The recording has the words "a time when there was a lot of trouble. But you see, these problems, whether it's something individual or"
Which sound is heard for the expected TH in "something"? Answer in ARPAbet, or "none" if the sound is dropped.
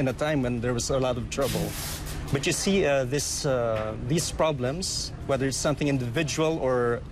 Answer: TH